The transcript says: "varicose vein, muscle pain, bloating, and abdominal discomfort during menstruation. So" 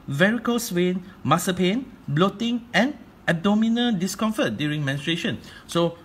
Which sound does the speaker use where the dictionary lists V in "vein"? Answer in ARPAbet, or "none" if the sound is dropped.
W